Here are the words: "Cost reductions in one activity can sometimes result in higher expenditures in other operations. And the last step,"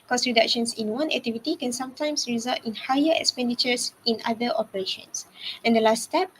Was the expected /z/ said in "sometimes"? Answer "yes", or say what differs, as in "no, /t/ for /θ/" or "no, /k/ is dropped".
no, /s/ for /z/